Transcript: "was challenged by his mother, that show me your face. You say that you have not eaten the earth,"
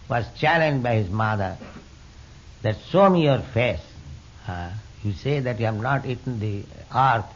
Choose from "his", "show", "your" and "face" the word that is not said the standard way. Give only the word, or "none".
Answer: show